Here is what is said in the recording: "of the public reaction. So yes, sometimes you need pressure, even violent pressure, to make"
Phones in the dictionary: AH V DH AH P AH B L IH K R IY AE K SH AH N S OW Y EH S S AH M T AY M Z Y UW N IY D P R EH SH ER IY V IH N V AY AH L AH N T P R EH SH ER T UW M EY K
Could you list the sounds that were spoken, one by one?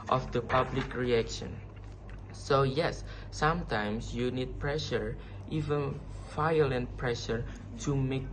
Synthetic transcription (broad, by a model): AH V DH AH P AH B L IH K R IY AE K SH AH N S OW Y EH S S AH M T AY M S Y UW N IY D P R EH SH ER IY V IH N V AY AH L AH N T P R EH SH ER T UW M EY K